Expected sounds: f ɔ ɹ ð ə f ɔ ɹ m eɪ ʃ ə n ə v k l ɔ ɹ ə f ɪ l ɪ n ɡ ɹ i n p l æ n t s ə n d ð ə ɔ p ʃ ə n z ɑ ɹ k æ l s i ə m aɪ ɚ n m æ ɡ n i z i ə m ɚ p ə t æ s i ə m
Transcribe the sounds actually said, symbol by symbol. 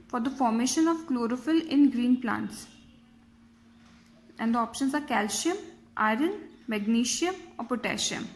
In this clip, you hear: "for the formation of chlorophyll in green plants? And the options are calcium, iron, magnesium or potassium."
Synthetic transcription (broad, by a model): f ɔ ɹ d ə f ɔ ɹ m eɪ ʃ ə n ə v k l ɔ ɹ ə f ɪ l ɪ n ɡ ɹ i n p l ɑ n t s ə n d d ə ɔ p ʃ ə n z ɑ ɹ k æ l ʃ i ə m aɪ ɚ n m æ ɡ n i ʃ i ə m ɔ p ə t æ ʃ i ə m